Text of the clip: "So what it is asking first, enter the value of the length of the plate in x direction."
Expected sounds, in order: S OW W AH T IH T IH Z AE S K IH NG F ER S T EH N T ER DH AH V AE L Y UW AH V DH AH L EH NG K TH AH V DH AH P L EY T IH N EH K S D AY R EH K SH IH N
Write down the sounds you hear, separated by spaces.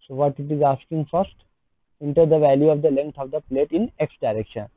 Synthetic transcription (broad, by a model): S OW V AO T IH T IH Z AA S K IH NG F ER S T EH N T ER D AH V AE L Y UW AH V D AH L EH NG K T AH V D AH P L EY T IH N EH K S D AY R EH K SH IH N